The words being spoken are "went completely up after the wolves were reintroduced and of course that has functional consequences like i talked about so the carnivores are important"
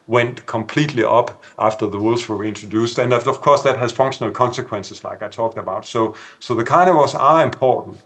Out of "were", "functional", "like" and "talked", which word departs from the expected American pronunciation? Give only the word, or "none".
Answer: none